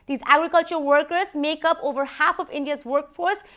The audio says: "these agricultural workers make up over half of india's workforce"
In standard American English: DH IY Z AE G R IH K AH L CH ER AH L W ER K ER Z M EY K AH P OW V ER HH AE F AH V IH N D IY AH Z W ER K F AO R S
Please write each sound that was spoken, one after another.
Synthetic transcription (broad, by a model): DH IY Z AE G R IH K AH L CH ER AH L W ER K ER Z M EY K AH P OW V ER HH AE F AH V IH N D IY AH Z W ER K F AO R S